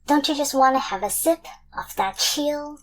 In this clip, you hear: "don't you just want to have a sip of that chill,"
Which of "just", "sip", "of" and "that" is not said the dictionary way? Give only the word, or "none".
of